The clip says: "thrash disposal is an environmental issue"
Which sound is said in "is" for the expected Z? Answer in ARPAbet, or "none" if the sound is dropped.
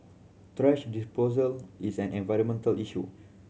S